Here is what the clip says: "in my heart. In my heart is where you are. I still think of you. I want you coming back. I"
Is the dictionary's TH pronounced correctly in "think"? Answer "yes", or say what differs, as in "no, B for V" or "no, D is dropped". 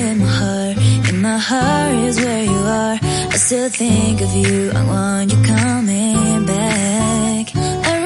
yes